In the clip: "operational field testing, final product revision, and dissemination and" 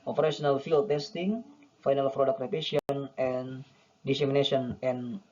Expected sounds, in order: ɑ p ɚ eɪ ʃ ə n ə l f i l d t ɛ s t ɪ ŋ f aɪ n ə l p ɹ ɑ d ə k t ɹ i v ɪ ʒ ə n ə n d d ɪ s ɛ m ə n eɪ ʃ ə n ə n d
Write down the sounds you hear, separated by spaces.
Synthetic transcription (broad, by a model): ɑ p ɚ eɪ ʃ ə n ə l f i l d t ɛ s t ɪ ŋ f aɪ n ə l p ɹ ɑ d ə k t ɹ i p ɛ s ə n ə n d d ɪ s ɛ m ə n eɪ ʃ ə n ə n